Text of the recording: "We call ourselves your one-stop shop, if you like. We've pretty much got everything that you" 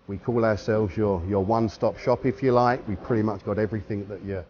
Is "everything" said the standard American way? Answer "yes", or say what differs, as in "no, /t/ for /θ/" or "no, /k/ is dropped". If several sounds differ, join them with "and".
yes